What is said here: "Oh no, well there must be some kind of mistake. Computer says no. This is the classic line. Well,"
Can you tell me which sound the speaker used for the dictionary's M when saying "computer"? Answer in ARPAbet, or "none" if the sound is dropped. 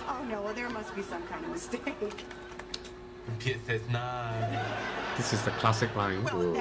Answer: none